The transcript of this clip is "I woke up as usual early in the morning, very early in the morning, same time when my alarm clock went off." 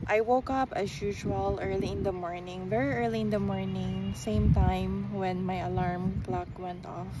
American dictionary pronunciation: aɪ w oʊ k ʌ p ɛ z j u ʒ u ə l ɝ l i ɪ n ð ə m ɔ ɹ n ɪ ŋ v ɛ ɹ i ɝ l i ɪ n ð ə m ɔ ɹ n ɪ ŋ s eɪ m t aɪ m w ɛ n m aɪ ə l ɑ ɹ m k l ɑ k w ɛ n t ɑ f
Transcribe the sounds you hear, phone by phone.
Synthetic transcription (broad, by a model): aɪ w oʊ k ʌ p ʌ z j u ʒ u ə l ɝ l i ɪ n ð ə m ɔ ɹ n ɪ ŋ v ɛ ɹ i ɝ l i ɪ n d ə m ɔ ɹ n ɪ ŋ s eɪ m t aɪ m w ɛ n m aɪ ə l ɑ ɹ m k l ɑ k w ɛ n t ɑ f